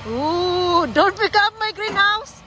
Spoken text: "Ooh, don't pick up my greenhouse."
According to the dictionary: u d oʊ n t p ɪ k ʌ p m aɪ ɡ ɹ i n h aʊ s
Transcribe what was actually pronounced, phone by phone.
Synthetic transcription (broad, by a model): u d oʊ n t b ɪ k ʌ m aɪ ɡ ɹ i n h aʊ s